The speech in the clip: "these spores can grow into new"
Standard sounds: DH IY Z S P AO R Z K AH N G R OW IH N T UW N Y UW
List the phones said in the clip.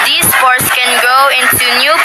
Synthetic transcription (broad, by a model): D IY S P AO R S K AH N G OW IH N T UW N Y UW